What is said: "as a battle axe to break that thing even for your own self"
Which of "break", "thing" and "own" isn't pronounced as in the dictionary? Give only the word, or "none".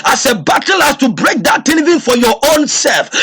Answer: thing